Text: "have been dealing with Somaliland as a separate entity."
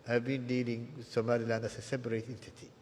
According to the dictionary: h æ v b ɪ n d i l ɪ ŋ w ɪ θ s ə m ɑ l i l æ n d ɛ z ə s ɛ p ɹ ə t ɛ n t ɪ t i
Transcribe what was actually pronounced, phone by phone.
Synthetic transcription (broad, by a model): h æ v b ɪ n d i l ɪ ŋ s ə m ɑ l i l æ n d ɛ s ə s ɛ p ɹ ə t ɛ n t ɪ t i